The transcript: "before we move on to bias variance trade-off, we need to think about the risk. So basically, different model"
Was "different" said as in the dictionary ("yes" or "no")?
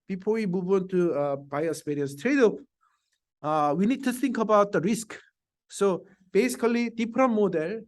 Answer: no